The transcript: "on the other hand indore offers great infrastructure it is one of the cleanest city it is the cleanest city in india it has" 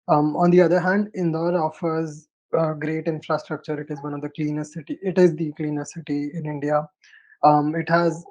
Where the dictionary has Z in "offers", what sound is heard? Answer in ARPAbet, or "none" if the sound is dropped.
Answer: Z